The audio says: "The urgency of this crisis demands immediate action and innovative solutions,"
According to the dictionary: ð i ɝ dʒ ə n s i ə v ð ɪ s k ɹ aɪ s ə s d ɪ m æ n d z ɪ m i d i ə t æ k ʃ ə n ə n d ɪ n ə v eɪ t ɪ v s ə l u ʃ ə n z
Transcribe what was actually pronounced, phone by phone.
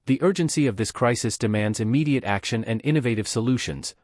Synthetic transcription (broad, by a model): ð i ɝ dʒ ə n s i ə v ð ɪ s k ɹ aɪ s ə s d ɪ m æ n d z ɪ m i d i ə t æ k ʃ ə n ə n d ɪ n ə v eɪ t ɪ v s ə l u ʃ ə n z